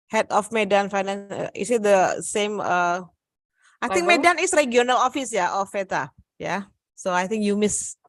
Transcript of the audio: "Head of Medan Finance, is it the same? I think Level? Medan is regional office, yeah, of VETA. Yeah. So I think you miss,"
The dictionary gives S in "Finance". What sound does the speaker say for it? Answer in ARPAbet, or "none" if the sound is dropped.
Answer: none